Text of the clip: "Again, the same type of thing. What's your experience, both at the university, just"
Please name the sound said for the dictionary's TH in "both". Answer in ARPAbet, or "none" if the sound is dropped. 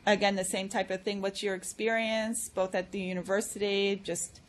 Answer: TH